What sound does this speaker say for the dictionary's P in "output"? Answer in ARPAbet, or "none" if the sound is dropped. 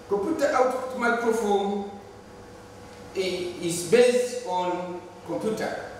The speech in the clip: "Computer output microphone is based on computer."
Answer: none